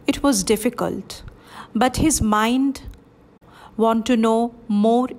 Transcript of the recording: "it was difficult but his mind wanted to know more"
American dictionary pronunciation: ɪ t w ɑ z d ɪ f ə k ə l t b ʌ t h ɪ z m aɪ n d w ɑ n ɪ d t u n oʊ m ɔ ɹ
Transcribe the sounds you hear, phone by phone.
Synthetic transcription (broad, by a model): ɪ t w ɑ z d ɪ f ə k ə l t b ʌ t h ɪ z m aɪ n d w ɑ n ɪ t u n oʊ m ɔ ɹ